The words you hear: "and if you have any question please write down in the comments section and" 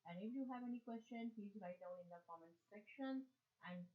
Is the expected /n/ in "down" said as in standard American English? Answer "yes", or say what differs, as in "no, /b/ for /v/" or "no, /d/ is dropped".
no, /l/ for /n/